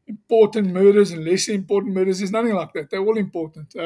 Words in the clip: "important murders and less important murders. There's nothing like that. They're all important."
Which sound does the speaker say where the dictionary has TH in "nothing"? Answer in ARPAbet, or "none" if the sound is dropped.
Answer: TH